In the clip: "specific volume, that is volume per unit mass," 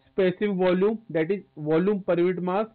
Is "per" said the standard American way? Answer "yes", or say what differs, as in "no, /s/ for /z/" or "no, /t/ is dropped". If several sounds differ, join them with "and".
yes